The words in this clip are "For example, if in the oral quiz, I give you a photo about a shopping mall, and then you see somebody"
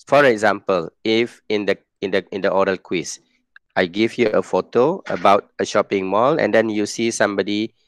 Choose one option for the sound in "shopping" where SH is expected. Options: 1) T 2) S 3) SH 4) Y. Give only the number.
3